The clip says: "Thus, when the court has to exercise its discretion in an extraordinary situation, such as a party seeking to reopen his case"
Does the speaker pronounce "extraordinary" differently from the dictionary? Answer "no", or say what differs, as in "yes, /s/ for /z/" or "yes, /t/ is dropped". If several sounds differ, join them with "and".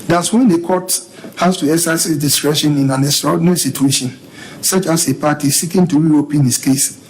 yes, /k/ is dropped